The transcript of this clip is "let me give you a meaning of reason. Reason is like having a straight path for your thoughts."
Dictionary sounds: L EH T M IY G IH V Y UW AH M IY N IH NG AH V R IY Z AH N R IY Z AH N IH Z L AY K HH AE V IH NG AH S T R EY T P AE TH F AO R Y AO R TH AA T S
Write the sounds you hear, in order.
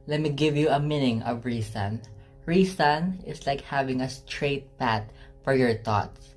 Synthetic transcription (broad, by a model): L EH T M IY G IH V Y UW AH M IY N IH NG AH V R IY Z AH N R IY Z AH N IH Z L AY K HH AE V IH NG AH S T R EY T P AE T F AO R Y AO R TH AA T S